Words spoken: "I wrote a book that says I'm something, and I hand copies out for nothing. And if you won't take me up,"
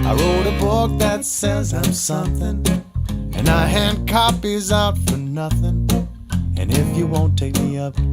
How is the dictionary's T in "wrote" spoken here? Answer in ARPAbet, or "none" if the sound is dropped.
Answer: T